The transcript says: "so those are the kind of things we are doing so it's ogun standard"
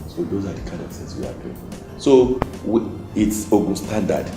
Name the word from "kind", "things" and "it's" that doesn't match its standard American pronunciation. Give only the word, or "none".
things